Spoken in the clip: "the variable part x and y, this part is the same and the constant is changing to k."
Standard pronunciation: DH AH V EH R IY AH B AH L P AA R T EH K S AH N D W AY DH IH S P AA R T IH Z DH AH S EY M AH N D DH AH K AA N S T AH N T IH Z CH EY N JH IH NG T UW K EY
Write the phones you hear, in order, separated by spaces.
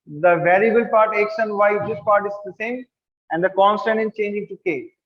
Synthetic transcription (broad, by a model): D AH V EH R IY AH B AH L P AA R T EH K SH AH N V AY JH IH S P AA R T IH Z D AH S EY M AH N D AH K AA N S T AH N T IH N CH EY N JH IH NG T UW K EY